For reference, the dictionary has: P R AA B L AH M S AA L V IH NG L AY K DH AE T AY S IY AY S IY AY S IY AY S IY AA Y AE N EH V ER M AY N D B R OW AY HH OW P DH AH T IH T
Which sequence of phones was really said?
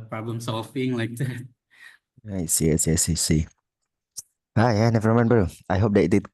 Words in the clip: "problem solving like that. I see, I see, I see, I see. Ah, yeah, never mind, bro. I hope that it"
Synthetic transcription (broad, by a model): P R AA B L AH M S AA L B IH NG L AY K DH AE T AY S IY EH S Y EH S IY S IY AA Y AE N EH V ER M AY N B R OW AY HH OW P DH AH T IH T